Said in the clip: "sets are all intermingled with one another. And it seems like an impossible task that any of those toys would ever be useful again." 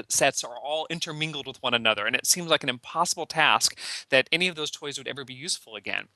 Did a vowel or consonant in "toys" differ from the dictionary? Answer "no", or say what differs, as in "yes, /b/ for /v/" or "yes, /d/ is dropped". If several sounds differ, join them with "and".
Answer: no